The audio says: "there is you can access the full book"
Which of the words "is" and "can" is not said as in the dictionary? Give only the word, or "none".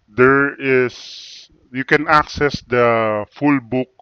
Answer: is